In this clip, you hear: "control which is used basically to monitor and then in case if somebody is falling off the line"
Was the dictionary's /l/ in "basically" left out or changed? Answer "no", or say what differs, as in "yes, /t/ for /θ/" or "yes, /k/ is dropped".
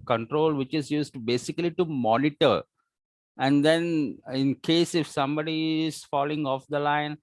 no